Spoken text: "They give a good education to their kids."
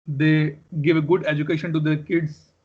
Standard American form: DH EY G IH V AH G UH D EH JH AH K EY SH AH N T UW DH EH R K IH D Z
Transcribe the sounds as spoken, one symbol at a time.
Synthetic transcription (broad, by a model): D EY G IH V AH G UH D EH JH AH K EY SH AH N T UW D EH R K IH D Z